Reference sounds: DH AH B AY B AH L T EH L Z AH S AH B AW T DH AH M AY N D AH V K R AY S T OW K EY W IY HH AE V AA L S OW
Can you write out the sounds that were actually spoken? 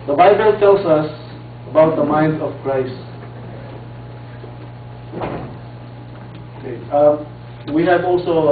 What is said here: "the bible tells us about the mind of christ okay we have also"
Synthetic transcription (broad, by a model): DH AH B AY B AH L T EH L S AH S AH B AW T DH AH M AY N D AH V K R AY S T OW K EY W IY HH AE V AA L S OW